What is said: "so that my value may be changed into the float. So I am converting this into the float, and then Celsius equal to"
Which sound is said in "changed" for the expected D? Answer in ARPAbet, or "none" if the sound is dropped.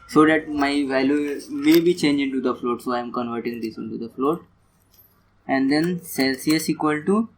none